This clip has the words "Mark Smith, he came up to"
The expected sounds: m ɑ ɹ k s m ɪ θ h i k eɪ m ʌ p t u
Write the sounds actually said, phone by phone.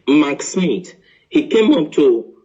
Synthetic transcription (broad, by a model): m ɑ k s m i t h i k eɪ m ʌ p t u